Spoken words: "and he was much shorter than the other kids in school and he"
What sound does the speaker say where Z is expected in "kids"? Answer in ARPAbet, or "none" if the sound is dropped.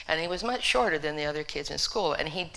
Z